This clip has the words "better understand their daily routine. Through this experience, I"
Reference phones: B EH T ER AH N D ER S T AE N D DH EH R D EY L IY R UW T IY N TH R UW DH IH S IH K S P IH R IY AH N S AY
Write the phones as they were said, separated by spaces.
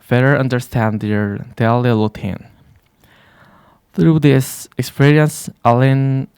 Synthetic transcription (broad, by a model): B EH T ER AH N D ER S T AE N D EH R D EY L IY L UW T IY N TH R UW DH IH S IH K S P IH R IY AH N S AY